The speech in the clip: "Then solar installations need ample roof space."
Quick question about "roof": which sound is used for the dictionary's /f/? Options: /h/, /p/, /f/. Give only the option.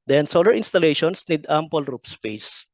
/p/